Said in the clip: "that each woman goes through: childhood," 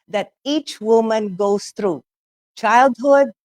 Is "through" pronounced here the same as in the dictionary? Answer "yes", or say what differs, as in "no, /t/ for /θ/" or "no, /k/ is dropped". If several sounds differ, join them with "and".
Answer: no, /t/ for /θ/